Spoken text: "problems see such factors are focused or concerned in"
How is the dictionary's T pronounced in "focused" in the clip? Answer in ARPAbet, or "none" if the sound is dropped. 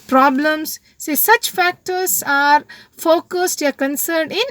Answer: T